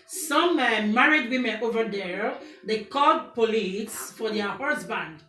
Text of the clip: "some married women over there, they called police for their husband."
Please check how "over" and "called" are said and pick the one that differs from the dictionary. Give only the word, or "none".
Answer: called